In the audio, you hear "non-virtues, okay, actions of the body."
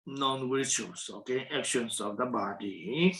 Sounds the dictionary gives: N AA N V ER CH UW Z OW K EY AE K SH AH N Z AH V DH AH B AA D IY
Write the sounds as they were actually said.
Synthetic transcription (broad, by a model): N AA N W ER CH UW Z OW K EY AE K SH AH N S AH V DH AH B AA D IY